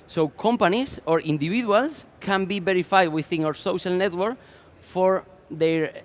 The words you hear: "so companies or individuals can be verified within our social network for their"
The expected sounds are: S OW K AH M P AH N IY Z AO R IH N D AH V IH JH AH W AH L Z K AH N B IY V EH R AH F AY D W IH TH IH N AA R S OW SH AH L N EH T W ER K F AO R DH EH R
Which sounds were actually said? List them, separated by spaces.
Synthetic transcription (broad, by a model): S OW K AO M P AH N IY S AO R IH N D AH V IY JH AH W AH L S K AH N B IY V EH R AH F AY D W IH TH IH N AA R S OW SH AH L N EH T W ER K F AO R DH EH R